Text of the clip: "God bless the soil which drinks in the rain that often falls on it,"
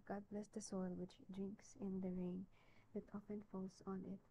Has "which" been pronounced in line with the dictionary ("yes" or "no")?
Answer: yes